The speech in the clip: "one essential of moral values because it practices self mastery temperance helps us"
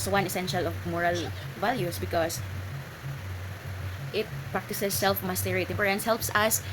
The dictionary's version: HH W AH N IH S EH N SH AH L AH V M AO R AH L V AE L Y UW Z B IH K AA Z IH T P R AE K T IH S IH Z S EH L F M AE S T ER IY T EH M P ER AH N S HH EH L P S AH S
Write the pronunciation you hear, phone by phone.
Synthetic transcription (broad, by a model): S W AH N IH S EH N SH AH L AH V M AO R AH L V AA L Y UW S B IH K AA S IH T P R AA K T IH S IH S EH L F M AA S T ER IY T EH P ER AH N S HH EH L P S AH S